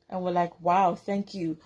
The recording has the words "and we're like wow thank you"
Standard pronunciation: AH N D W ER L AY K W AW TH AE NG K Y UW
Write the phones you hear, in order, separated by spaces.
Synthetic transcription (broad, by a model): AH N W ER L AY K W AW TH AE NG K Y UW